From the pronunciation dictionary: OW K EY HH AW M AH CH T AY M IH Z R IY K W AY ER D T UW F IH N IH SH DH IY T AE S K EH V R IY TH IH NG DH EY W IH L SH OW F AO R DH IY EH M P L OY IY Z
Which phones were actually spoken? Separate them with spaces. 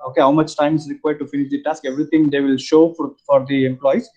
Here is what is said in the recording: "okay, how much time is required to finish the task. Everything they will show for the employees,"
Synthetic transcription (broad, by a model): OW K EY HH AW M AH CH T AY M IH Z R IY K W AY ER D T UW F IH N IH SH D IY T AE S K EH V R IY T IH NG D EY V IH L SH OW F AO R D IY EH M P L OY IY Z